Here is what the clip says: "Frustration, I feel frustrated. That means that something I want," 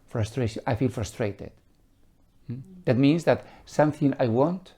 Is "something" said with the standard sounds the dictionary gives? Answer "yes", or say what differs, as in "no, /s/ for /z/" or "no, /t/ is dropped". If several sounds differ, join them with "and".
yes